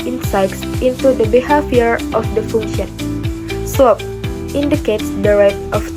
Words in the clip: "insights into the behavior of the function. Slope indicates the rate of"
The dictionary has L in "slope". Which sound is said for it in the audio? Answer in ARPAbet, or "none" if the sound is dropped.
none